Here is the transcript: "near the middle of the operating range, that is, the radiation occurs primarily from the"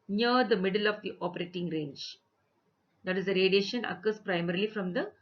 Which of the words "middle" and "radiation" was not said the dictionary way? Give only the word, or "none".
none